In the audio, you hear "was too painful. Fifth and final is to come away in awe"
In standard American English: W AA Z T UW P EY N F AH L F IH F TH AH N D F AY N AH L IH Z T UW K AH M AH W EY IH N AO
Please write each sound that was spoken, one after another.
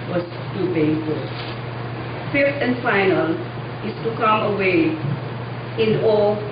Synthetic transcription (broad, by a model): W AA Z T UW B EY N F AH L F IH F T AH N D F AY N AH L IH S T UW K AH M AH W EY IH N AO